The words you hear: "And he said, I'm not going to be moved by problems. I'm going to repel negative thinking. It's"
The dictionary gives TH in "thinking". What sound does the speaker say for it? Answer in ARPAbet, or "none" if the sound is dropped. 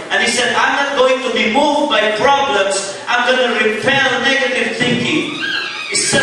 TH